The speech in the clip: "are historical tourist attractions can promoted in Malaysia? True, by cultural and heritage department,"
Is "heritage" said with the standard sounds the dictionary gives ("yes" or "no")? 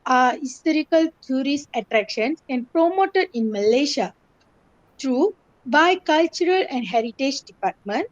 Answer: yes